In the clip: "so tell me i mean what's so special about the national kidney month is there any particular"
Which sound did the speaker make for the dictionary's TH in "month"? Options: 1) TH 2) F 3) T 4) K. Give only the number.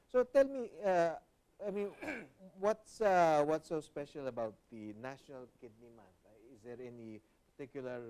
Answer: 3